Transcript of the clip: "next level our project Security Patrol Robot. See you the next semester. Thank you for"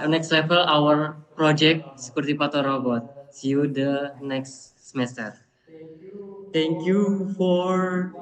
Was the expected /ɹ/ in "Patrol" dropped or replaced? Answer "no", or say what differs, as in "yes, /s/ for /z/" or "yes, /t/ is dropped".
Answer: yes, /ɹ/ is dropped